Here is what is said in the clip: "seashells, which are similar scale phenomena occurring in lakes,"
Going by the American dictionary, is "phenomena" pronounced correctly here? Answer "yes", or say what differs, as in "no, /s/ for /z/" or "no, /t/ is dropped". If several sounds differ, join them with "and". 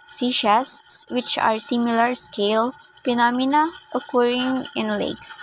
no, /p/ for /f/